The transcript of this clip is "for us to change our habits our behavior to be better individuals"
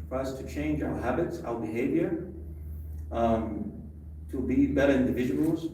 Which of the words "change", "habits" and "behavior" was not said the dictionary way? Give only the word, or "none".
none